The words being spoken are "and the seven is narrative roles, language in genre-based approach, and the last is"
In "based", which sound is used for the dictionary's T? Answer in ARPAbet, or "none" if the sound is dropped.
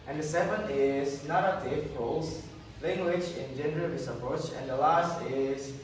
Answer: none